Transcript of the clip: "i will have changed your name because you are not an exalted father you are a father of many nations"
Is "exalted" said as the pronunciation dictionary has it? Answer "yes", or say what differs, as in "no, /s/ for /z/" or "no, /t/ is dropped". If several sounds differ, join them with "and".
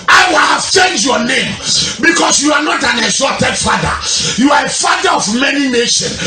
no, /l/ is dropped